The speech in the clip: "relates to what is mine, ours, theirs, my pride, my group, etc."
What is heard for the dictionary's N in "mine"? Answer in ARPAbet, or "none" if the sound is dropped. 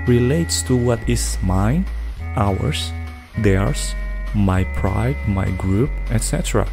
none